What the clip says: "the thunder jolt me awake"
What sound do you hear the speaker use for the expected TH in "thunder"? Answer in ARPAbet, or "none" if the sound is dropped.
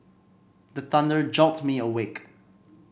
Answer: TH